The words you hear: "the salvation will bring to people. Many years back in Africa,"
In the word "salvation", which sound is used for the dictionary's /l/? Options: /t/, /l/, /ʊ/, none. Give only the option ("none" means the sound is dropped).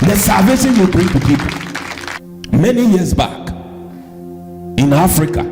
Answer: none